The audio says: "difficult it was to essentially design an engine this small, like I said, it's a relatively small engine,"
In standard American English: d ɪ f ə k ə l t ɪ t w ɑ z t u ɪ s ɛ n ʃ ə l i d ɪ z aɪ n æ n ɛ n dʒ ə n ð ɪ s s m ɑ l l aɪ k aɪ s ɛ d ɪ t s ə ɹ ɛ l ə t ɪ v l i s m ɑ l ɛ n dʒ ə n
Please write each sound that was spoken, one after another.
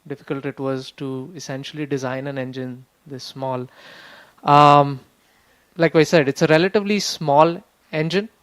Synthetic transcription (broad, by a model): d ɪ f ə k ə l t ɪ t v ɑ z t u ɪ s ɛ n ʃ ə l i d ɪ z aɪ n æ n ɛ n dʒ ə n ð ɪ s s m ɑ l l aɪ k aɪ s ɛ d ɪ t s ə ɹ ɛ l ə t ɪ v l i s m ɑ l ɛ n dʒ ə n